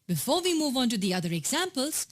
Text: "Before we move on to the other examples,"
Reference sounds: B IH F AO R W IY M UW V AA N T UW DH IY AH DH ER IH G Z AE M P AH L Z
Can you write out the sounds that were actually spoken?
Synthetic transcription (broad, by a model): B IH F AO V IY M UW V AA N T UW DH IY AH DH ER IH G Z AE M P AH L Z